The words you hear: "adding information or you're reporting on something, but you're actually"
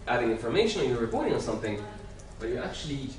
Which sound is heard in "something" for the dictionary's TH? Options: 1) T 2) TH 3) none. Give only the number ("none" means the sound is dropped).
2